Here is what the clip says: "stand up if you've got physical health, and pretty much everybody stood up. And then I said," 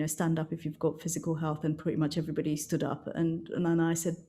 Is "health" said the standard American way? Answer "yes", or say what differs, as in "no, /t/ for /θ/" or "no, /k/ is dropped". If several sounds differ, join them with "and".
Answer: yes